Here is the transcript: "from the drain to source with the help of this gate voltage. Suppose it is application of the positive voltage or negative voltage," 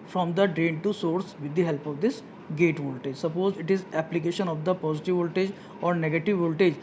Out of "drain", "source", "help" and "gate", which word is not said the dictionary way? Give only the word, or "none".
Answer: none